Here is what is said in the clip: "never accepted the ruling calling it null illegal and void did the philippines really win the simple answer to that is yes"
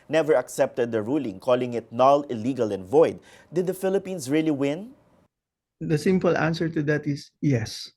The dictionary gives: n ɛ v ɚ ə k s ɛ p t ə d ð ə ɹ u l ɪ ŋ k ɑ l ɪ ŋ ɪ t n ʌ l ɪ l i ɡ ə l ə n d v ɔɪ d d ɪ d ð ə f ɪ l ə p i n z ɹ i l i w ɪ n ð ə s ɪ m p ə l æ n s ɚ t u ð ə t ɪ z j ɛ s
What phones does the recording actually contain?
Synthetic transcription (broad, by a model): n ɛ v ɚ ə k s ɛ p t ə d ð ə ɹ u l ɪ ŋ k ɑ l ɪ ŋ ɪ t n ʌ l ɪ l i ɡ ə l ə n v ɔɪ d d ɪ d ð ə f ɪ l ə p i n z ɹ i l i w ɪ n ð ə s ɪ m p ə l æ n s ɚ t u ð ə t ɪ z j ɛ s